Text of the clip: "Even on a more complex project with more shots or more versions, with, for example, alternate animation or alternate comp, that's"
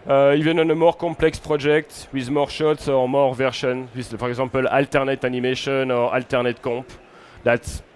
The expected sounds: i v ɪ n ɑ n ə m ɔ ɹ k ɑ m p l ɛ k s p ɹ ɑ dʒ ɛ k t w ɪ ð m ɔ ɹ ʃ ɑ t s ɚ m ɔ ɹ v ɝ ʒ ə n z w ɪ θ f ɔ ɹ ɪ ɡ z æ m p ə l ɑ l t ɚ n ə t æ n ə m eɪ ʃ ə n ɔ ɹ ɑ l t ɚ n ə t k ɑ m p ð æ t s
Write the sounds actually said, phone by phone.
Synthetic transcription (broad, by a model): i v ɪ n ɑ n ə m ɔ ɹ k ɑ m p l ɛ k s p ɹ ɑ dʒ ɛ k t w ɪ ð m ɔ ɹ ʃ ɑ t s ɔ m ɔ ɹ v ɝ ʃ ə n w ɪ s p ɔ ɹ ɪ ɡ z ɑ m p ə l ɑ l t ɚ n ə t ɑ n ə m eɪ ʃ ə n ɔ ɹ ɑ l t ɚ n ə t k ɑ p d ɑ t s